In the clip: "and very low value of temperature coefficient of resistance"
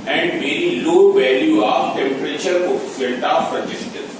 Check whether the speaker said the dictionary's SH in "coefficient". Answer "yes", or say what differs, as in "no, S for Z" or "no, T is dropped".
no, SH is dropped